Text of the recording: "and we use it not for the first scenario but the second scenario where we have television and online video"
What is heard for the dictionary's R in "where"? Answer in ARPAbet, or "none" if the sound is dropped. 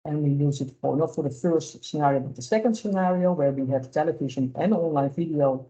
R